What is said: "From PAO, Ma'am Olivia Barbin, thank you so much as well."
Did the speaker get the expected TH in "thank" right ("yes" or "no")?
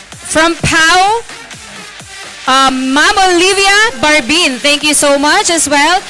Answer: no